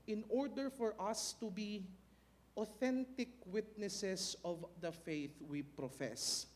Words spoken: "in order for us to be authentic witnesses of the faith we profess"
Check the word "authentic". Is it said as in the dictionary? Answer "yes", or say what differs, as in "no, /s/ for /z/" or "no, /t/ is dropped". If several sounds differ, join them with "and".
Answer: yes